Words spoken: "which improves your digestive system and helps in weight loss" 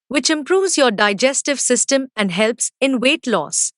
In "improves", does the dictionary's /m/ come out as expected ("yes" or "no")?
yes